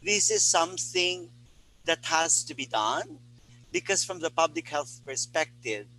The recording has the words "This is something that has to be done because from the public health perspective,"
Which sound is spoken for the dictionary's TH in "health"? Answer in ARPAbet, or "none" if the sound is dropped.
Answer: TH